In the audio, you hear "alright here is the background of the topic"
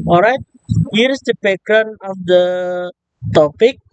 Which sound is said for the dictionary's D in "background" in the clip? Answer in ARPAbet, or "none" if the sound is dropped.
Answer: none